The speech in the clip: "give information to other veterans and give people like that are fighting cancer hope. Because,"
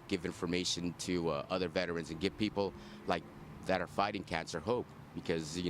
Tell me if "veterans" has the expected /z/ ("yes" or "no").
yes